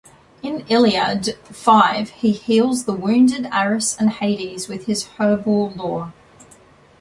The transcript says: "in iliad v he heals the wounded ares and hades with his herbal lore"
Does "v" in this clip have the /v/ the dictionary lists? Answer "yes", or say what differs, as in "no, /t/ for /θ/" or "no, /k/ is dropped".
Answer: no, /f/ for /v/